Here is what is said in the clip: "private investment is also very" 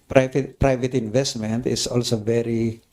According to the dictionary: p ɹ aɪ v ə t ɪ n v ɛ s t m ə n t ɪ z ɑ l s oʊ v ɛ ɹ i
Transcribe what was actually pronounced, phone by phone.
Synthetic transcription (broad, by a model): p ɹ aɪ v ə t ɪ n v ɛ s t m ə n t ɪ s ɑ l s oʊ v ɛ ɹ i